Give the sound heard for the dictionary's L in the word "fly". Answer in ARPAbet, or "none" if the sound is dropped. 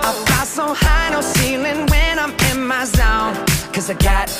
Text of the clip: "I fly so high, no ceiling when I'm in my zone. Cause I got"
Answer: none